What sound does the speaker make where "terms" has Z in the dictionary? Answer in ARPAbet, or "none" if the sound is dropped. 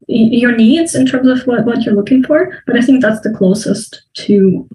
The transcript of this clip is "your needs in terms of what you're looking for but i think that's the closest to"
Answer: Z